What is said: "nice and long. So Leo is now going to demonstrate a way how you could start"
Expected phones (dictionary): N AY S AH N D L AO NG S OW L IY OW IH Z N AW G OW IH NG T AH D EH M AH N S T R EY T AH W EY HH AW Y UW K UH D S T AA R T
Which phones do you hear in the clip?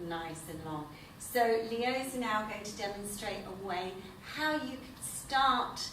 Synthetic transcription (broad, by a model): N AY S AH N L AO NG S OW L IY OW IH Z N AW G OW IH NG T AH D EH M AH N S T R EY T AH W EY HH AW Y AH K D S T AA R T